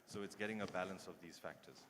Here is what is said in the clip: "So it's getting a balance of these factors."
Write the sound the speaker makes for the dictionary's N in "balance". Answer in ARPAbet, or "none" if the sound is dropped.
N